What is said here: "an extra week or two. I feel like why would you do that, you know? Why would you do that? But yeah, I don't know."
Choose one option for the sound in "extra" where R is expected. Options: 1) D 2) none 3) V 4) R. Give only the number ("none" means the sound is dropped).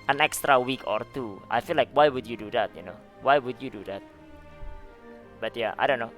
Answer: 4